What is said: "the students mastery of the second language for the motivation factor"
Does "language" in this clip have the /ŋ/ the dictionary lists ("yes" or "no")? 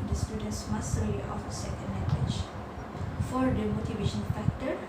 no